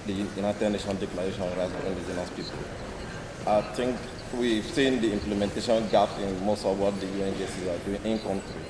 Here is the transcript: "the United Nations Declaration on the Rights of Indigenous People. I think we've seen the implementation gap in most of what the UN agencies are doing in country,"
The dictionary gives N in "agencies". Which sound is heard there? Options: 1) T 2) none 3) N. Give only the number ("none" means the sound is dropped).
2